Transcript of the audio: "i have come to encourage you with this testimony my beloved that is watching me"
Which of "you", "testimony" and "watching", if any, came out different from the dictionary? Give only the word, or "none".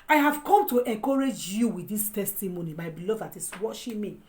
watching